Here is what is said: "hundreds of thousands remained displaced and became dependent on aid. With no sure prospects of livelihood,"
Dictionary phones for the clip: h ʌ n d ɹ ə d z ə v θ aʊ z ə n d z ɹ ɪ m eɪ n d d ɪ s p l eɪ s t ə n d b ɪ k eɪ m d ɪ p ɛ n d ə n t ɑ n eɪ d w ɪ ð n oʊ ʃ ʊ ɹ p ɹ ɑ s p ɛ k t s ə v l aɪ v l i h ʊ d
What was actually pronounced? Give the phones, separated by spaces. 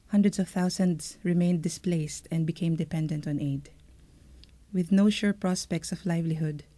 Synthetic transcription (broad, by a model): h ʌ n d ɹ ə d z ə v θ aʊ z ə n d s ɹ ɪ m eɪ n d d ɪ s p l eɪ s t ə n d b ɪ k eɪ m d ɪ p ɛ n d ə n t ɑ n eɪ d w ɪ ð n oʊ ʃ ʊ ɹ p ɹ ɑ s p ɛ k t s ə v l aɪ v l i h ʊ d